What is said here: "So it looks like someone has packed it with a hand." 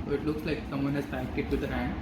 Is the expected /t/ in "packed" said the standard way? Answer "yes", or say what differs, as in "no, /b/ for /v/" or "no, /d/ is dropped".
no, /t/ is dropped